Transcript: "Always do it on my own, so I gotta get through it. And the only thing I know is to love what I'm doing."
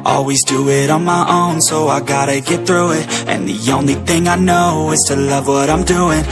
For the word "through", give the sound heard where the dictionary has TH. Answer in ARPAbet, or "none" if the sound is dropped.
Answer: TH